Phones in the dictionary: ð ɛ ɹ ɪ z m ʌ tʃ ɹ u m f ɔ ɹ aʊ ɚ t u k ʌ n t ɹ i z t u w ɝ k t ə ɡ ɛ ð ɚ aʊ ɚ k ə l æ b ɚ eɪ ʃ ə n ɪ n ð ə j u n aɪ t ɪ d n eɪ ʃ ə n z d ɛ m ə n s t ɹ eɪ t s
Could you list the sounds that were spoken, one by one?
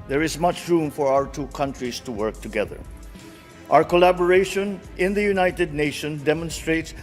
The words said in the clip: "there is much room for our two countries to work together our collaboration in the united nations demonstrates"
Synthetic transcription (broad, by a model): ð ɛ ɹ ɪ z m ʌ tʃ ɹ u m f ɔ ɹ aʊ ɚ t u k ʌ n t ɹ i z t u w ɝ k t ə ɡ ɛ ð ɚ aʊ ɚ k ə l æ b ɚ eɪ ʃ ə n ɪ n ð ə j u n aɪ t ɪ d n eɪ ʃ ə n d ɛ m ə n s t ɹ eɪ t s